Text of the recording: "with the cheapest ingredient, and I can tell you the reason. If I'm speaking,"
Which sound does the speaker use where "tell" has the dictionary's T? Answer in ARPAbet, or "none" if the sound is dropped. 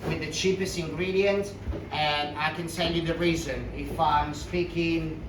S